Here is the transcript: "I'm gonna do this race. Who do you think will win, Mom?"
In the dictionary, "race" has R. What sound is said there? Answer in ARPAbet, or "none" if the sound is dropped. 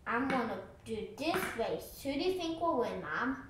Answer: W